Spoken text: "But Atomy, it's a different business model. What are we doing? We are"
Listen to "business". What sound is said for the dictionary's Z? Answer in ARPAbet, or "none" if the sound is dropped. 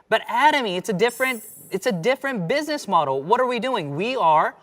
Z